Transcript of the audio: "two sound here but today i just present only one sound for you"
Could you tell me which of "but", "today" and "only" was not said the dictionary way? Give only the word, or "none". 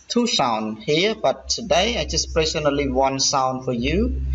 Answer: only